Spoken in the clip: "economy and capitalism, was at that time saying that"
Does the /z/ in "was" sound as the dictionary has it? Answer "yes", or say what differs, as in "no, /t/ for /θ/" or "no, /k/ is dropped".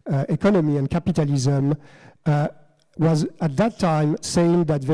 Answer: yes